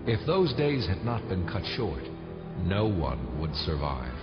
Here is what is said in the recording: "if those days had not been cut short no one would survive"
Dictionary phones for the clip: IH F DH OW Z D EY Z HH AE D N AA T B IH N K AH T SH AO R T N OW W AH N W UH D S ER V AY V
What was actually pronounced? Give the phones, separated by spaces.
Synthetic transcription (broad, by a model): IH F DH OW Z D EY Z HH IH D N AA T B IH N K AH T SH AO R T N OW W AH N W UH D S ER V AY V